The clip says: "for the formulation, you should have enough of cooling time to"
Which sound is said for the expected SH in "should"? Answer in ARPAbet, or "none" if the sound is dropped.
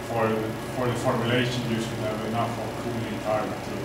S